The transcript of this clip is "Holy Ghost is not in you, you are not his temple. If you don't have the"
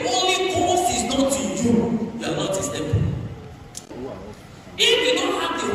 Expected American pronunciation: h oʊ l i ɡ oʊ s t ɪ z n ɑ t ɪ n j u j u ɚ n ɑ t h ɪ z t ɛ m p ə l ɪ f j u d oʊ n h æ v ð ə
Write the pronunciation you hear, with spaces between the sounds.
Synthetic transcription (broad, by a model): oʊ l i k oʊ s ɪ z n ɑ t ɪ j u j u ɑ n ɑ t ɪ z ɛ p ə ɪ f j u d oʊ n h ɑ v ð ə